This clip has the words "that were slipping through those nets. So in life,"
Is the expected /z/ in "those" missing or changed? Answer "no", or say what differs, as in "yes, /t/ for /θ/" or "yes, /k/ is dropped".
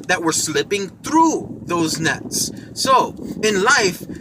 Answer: no